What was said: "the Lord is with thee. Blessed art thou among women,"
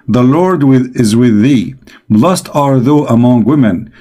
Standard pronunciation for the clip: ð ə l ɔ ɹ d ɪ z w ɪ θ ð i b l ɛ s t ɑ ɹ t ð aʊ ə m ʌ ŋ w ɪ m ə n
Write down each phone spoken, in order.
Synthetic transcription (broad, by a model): ð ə l ɔ ɹ d ɪ z w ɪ ð i b l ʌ s t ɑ ɹ ð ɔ ə m ʌ ŋ w ɪ m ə n